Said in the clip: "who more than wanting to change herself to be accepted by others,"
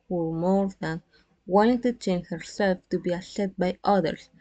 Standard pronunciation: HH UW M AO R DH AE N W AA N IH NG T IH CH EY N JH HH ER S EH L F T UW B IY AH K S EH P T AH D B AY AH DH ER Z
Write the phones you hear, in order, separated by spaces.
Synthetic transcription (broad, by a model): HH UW M AO R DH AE N W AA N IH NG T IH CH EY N HH ER S EH L F T UW B IY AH S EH T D B AY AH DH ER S